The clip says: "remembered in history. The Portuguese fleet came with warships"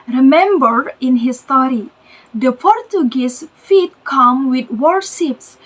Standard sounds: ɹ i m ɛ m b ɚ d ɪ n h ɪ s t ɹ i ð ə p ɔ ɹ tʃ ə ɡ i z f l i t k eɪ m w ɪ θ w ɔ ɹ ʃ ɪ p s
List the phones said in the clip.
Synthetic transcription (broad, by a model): ɹ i m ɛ m b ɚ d ɪ n h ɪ s t ɹ i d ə p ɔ ɹ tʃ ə ɡ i s f i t k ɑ m w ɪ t w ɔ ɹ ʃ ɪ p s